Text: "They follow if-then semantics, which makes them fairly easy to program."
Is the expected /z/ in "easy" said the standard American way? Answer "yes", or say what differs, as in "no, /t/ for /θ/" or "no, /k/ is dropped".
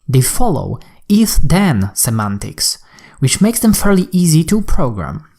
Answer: yes